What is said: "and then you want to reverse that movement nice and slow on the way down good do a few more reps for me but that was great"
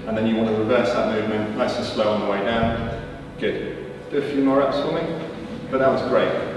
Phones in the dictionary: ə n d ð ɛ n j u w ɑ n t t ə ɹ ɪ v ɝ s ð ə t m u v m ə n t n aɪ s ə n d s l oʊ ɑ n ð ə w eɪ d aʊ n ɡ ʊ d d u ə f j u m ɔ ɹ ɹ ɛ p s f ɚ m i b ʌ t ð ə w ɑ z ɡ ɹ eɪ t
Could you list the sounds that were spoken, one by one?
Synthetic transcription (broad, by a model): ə n ð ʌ n j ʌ w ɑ n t t ə ɹ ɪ v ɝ s ð ə t m u v m ə n t l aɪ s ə s l oʊ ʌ n ð ə w eɪ d aʊ n ɡ ʊ d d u ə f j u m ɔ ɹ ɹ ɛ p s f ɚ m i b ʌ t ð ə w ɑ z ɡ ɹ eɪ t